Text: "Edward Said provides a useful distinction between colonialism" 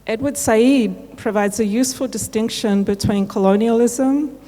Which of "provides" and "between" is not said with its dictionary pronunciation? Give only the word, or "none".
none